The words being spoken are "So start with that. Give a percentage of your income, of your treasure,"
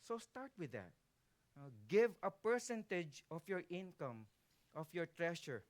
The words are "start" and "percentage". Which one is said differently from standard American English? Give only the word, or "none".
none